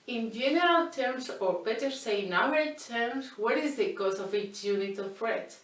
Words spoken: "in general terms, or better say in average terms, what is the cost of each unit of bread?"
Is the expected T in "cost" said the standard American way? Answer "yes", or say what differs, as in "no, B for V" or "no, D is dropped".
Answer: no, T is dropped